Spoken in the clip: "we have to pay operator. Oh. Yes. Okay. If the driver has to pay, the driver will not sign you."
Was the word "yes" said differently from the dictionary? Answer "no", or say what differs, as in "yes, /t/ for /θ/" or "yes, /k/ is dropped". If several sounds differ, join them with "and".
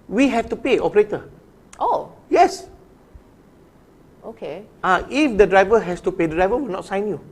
no